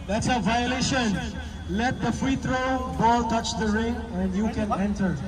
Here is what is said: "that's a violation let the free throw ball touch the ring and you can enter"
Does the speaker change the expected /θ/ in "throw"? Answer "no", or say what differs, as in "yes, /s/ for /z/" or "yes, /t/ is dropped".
yes, /t/ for /θ/